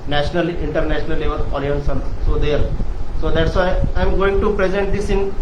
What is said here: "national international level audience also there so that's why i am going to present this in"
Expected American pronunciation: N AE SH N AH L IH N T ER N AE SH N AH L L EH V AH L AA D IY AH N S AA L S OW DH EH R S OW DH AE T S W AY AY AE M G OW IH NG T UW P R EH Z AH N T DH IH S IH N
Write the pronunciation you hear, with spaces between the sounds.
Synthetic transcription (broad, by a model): N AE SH N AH L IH N T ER N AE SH N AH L L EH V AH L AA D IY AH N S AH N S OW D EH R S OW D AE T S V AY AY M G OW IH NG T UW P R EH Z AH N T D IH S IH N